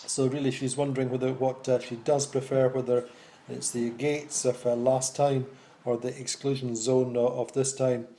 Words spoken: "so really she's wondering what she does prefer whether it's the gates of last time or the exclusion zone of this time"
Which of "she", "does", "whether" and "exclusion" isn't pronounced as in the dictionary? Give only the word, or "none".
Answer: none